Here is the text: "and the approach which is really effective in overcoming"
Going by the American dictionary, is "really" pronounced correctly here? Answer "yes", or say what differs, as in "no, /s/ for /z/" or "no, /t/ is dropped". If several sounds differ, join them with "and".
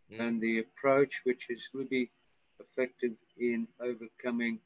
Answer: no, /w/ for /ɹ/